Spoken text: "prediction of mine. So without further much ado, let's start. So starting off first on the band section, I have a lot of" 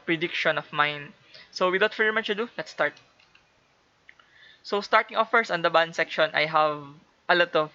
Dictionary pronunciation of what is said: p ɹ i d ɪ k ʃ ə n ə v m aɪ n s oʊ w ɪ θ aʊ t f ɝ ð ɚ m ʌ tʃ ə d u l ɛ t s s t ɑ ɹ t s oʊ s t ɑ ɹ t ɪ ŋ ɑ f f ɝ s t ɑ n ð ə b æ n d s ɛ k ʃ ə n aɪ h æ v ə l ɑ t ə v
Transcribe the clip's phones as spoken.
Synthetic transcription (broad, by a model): p ɹ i d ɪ k ʃ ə n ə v m aɪ n s oʊ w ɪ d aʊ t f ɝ ɚ m ʌ tʃ ə d u l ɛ t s s t ɑ ɹ t s oʊ s t ɑ ɹ t ɪ ŋ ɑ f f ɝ s ɑ n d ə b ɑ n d s ɛ k ʃ ə n aɪ h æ v ə l ɑ t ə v